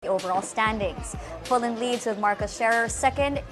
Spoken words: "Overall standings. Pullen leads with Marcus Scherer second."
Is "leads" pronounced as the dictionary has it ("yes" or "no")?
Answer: yes